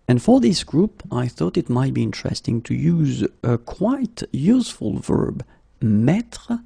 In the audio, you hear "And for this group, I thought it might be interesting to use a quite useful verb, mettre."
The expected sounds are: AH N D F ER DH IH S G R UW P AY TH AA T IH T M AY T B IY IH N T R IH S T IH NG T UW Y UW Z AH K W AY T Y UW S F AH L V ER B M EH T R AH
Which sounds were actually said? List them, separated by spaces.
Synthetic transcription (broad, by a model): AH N F ER DH IH S G R UW P AY TH AA T IH T M AY T B IY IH N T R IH S T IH NG T UW Y UW Z AH K W AY T Y UW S F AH L V ER B M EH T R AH